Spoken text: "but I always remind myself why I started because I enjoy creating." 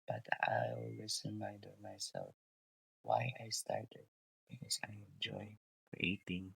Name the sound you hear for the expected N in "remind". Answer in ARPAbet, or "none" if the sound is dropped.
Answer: none